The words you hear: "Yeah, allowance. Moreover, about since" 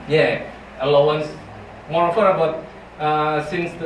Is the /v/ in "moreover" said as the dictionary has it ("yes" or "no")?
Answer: no